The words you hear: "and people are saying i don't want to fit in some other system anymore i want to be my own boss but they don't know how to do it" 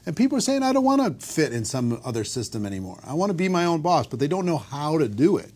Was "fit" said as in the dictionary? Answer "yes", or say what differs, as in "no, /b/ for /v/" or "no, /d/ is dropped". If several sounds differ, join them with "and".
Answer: yes